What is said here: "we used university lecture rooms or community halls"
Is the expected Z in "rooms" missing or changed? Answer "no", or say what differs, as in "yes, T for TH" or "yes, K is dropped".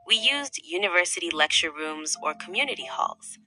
no